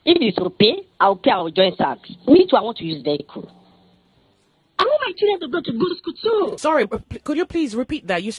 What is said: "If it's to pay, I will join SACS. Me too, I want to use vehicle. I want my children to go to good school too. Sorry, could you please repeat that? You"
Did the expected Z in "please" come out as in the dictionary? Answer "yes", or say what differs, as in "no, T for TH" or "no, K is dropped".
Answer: yes